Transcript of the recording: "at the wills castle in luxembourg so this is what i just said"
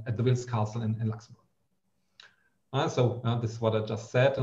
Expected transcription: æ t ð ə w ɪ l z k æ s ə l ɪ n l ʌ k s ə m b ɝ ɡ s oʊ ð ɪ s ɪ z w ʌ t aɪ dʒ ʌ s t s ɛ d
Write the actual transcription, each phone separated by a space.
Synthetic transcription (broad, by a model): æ t ð ə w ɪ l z k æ s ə n ɪ n l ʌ k s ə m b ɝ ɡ s oʊ ð ɪ s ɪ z w ʌ t aɪ dʒ ʌ s t s ɛ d